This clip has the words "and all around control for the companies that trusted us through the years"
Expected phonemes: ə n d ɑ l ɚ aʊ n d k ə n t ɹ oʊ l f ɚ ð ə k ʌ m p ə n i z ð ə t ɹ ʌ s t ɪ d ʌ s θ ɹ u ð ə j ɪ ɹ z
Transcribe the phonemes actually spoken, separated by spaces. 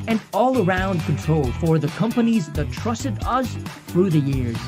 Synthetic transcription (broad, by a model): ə n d ɑ l ɚ aʊ n d k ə n t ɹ oʊ l f ɚ ð ə k ʌ m p ə n i z ð ə t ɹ ʌ s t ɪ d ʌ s θ ɹ u ð ə j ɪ ɹ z